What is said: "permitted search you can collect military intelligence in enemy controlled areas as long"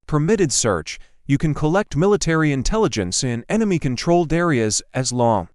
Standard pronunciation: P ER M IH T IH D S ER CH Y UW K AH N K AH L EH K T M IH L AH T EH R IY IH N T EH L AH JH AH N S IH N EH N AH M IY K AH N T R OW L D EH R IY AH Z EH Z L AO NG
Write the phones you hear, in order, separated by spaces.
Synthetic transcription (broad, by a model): P ER M IH T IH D S ER CH Y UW K AH N K AH L EH K T M IH L AH T EH R IY IH N T EH L AH JH AH N S IH N EH N AH M IY K AH N T R OW L D EH R IY AH Z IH Z L AO NG